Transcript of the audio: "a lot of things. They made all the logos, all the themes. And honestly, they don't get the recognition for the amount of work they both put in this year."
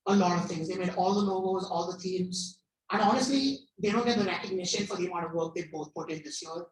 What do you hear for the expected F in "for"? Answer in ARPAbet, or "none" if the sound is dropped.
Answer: F